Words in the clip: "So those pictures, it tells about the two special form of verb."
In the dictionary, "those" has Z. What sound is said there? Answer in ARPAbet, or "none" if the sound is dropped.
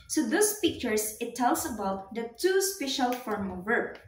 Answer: S